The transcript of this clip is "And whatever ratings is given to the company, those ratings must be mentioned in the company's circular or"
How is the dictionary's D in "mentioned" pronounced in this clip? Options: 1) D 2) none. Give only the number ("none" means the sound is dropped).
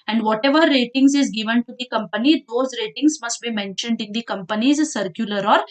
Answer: 1